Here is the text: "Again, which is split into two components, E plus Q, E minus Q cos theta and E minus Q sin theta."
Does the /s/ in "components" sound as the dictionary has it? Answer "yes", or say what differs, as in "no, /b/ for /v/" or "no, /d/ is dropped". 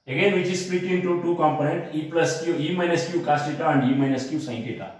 no, /s/ is dropped